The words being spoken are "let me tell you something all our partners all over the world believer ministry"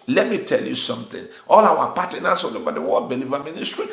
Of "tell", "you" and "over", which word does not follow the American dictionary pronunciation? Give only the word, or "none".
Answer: over